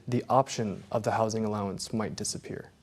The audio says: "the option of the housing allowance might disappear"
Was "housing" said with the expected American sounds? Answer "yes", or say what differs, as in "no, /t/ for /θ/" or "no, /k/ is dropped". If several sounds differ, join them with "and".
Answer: yes